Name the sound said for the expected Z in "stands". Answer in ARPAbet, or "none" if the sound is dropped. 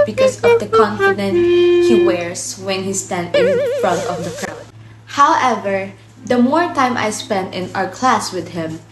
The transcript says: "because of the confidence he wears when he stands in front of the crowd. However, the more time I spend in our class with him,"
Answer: none